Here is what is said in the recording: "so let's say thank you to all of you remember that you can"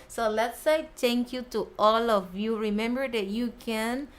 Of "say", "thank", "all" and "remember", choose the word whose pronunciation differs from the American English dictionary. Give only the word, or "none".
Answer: thank